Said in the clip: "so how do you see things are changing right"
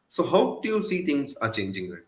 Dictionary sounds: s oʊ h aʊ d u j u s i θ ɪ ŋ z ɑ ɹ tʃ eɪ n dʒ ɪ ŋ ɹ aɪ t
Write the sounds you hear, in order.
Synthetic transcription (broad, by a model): s oʊ h aʊ d u j u s i t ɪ ŋ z ɑ ɹ tʃ eɪ n dʒ ɪ ŋ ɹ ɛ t